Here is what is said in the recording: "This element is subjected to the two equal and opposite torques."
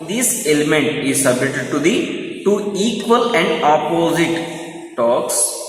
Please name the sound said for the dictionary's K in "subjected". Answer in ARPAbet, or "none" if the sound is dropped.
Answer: none